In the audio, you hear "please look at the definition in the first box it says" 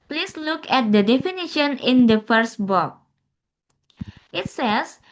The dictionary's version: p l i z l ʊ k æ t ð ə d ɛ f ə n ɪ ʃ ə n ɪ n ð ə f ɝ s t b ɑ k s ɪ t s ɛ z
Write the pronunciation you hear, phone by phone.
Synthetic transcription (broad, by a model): p l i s l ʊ k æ t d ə d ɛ f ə n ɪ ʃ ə n ɪ n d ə f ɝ s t b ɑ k ɪ t s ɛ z